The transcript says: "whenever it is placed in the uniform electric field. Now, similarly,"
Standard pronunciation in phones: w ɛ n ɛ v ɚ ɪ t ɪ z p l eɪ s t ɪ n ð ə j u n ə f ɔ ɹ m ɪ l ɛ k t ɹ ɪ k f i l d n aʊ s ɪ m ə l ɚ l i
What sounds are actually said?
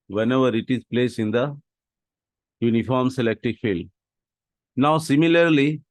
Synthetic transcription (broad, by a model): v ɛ n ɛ v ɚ ɪ t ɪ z p l eɪ s ɪ n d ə j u n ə f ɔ ɹ m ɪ l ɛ k t ɪ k f i l d n aʊ s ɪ m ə l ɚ l i